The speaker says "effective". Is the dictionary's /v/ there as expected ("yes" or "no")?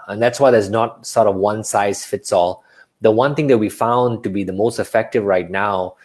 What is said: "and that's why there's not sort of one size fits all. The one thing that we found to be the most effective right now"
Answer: yes